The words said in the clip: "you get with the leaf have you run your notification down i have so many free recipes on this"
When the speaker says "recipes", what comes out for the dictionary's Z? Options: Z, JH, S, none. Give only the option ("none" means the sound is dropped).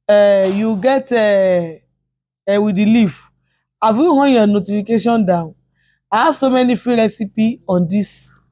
none